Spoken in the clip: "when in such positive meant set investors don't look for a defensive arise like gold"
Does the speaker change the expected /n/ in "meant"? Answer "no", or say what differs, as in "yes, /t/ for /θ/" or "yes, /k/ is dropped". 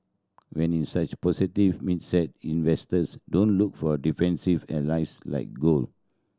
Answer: yes, /n/ is dropped